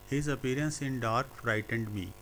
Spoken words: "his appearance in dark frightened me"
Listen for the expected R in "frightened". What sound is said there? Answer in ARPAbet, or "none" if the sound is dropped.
R